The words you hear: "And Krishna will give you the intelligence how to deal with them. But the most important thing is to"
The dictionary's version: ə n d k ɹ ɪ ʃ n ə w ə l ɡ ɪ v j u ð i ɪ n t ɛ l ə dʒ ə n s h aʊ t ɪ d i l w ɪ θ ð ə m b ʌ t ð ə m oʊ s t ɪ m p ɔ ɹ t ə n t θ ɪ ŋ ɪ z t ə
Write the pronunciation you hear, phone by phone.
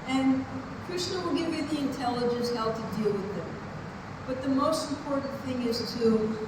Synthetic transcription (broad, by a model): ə n k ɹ ɪ s n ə w ə l ɡ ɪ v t ð i ɪ n t ɛ l ə dʒ ə n s h aʊ t ɪ d i l w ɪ ð ə m b ʌ t ð ə m oʊ s t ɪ m p ɔ ɹ t n θ ɪ ŋ ɪ z t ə